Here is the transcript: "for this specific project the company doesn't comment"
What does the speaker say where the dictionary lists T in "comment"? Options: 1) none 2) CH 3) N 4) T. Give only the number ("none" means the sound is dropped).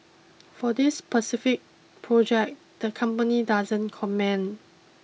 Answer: 1